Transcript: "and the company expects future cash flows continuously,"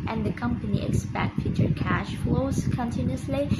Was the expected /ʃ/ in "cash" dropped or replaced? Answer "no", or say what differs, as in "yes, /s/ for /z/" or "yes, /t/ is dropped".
no